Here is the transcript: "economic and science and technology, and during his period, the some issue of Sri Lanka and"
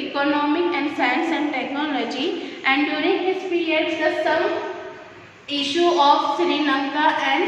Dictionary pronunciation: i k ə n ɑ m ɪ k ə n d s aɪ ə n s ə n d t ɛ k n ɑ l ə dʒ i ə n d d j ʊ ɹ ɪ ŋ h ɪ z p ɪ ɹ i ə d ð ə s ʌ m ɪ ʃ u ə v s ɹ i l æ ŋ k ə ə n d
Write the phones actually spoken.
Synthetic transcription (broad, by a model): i k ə n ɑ m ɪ k ə n d s aɪ ə n s ə n d t ɛ k n ɑ l ə dʒ i ə n d d j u ɹ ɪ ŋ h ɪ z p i ɹ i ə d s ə s ʌ m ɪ ʃ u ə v s ɹ i n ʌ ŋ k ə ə n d